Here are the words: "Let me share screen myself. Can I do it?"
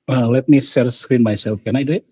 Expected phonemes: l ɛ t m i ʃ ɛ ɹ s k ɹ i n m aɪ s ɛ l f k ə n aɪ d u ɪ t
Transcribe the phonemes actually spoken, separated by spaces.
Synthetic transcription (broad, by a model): l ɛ t m i s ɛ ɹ s k ɹ i n m aɪ s ɛ l f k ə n aɪ d u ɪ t